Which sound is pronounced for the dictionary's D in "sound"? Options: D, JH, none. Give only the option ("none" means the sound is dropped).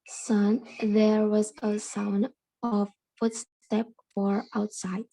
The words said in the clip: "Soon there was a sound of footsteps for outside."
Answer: D